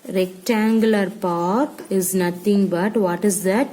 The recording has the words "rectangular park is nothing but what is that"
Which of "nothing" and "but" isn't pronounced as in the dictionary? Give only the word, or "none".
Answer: nothing